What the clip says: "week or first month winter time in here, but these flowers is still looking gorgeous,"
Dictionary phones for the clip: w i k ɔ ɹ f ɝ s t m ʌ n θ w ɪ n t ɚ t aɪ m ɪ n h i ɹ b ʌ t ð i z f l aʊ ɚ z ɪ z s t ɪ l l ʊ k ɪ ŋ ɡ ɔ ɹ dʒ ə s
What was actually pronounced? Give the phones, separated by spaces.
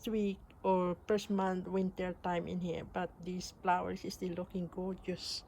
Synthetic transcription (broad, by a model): w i k ɔ ɹ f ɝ s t m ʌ n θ w ɪ n t ɚ t aɪ m ɪ n h i ɹ b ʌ t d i s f l aʊ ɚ s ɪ s t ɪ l l ʊ k ɪ ŋ ɡ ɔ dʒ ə s